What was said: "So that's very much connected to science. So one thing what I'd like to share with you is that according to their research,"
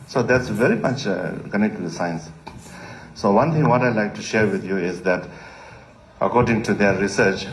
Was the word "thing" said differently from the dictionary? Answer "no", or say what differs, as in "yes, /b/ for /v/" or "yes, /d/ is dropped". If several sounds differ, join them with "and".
yes, /t/ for /θ/